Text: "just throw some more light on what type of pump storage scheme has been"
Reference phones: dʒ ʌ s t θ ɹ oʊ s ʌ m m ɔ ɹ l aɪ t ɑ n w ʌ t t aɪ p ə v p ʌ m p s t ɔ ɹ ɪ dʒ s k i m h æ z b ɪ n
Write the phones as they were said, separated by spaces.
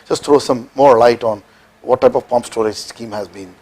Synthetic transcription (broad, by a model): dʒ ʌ s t t ɹ oʊ s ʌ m m ɔ ɹ l aɪ t ɑ n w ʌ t t aɪ p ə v p ʌ m p s t ɔ ɹ ɪ dʒ s k i m h æ z b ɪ n